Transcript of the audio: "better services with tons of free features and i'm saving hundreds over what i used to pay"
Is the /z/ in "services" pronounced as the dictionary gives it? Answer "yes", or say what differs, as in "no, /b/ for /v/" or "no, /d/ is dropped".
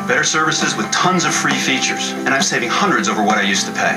yes